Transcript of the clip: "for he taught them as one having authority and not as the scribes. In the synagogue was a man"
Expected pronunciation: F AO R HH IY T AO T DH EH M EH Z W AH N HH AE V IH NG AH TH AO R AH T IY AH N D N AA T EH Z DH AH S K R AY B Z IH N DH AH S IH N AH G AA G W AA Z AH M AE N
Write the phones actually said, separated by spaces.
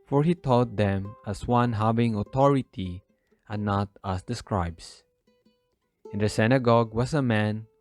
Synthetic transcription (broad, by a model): F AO R HH IY T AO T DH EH M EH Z W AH N HH AE V IH NG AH T AO R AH T IY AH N N AA T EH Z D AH S K R AY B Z IH N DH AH S IH N AH G AA G W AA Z AH M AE N